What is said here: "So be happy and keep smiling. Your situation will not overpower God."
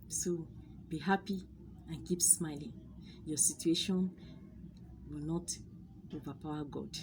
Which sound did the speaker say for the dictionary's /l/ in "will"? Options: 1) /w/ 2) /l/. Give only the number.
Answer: 2